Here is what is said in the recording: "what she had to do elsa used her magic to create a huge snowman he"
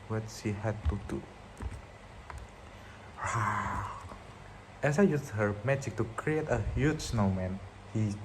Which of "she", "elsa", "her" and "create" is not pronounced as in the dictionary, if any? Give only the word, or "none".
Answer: elsa